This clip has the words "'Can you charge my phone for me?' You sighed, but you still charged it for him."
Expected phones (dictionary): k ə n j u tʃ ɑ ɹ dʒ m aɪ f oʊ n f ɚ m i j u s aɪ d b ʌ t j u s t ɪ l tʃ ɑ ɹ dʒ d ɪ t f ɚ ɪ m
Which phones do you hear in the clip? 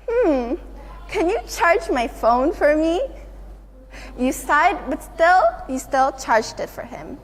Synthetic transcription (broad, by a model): k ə n j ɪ tʃ ɑ ɹ dʒ m aɪ f oʊ n f ɚ m i j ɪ s aɪ d b ʌ t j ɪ s t ɪ l tʃ ɑ ɹ dʒ d ɪ t f ɚ ɪ m